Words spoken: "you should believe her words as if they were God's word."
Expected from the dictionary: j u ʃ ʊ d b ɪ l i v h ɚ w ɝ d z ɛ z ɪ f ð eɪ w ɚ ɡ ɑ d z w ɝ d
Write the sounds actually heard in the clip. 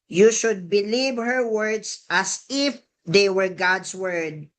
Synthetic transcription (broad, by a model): j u ʃ ʊ d b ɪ l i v h ɚ w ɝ d s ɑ s ɪ f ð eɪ w ɚ ɡ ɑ d s w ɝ d